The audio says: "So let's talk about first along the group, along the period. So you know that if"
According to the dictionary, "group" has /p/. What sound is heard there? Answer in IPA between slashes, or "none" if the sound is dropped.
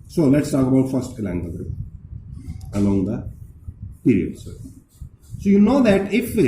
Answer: none